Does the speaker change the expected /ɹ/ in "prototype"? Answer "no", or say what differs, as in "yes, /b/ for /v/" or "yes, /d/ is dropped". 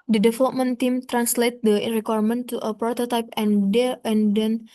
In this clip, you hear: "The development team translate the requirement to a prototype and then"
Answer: no